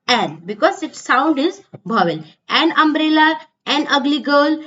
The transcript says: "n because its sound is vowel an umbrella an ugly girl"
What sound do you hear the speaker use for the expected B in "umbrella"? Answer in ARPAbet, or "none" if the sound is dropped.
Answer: B